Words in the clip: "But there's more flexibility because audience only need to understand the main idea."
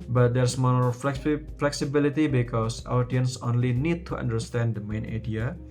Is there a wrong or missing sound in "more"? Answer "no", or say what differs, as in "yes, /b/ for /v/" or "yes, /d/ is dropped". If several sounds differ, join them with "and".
yes, /l/ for /ɹ/